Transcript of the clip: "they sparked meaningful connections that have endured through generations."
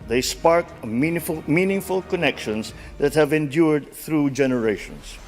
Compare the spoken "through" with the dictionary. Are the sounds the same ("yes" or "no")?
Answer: yes